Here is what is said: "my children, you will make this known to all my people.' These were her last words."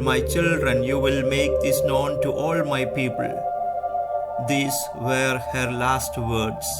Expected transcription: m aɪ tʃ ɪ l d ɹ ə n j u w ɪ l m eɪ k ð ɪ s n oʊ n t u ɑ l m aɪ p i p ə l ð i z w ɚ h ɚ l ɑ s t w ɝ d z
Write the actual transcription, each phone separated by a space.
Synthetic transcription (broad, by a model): m aɪ tʃ ɪ l d ɹ ə n j u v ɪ l m eɪ k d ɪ s n oʊ n t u ɑ l m aɪ p i p ə l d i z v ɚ h ɚ l ɑ s t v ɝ d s